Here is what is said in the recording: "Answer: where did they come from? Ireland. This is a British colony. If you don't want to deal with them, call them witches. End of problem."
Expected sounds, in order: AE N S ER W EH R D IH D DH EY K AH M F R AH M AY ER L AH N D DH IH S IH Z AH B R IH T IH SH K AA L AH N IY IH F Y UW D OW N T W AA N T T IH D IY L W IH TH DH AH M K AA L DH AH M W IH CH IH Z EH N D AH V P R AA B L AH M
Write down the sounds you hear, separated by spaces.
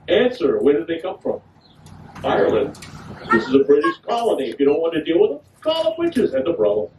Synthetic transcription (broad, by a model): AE N S ER W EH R D IH D DH EY K AH M F R AH M AY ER L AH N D DH IH S IH Z AH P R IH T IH S K AA L AH N IY IH F Y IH D OW N T W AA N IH D IY L W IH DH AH K AA L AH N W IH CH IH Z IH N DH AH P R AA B L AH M